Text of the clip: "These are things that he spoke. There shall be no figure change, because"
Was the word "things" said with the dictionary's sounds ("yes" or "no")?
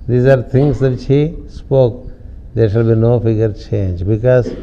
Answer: no